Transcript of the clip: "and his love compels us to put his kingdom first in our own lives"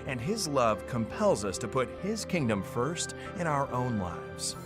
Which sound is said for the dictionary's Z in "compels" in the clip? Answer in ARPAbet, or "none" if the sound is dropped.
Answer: Z